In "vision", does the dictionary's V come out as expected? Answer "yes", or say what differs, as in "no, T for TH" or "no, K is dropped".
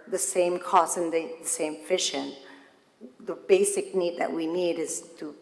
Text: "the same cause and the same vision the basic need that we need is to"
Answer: no, F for V